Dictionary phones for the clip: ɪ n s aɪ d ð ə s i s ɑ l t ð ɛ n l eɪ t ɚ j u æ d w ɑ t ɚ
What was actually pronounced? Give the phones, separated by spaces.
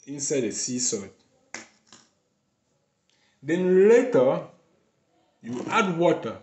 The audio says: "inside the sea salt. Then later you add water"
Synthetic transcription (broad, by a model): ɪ n s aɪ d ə s i s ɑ t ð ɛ n l eɪ t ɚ j u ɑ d w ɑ t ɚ